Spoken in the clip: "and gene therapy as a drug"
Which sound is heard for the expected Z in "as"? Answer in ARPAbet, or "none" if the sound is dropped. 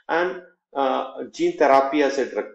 S